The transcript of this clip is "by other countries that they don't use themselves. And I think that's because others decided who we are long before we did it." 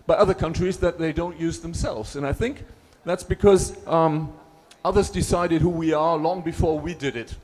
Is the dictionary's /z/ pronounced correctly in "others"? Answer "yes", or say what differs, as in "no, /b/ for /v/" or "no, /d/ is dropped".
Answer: yes